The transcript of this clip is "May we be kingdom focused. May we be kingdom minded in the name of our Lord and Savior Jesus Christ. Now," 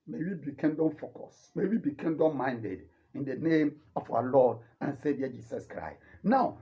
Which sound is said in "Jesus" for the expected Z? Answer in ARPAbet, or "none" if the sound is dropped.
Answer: S